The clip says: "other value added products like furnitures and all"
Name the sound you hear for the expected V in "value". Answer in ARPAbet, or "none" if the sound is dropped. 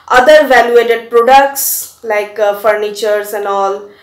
V